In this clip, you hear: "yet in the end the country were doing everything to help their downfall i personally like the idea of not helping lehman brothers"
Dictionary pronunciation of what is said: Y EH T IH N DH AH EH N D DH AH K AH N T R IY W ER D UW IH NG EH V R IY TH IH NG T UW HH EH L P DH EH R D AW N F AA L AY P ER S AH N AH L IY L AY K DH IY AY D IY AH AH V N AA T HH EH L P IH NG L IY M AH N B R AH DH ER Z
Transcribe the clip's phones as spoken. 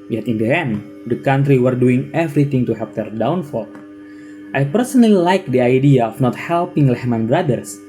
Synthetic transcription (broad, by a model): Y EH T IH N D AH EH N D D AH K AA N T R IY W ER D UW IH NG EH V R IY T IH NG T UW HH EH P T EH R D AW N F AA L AY P ER S AH N AH L IY L AY K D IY AY D IY AH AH F N AA T HH EH L P IH NG L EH M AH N B R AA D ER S